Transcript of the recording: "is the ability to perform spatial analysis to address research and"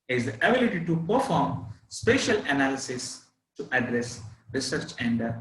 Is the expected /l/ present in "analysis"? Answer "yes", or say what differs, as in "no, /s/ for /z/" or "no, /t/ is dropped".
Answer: yes